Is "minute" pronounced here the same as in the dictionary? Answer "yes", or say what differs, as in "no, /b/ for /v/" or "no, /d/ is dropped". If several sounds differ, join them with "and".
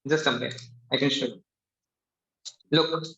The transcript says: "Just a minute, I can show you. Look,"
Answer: no, /t/ is dropped